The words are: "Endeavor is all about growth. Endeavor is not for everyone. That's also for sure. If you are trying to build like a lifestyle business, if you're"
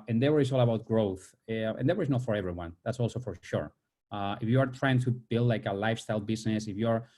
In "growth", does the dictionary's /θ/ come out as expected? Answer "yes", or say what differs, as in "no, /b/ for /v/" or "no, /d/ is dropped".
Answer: yes